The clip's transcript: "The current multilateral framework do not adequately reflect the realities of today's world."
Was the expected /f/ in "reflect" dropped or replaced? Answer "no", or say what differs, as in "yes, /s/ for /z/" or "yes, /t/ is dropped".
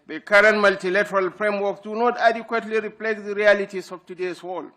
yes, /p/ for /f/